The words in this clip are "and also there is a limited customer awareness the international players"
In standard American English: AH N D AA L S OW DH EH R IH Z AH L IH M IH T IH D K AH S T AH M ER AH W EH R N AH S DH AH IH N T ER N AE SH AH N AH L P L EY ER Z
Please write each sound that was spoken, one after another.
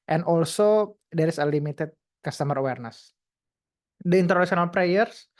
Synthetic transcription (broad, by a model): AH N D AA L S OW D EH R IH S AH L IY M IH T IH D K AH S T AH M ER AH W EH R N AH S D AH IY N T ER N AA S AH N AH L P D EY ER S